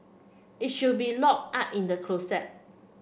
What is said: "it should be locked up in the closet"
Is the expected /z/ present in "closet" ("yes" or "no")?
no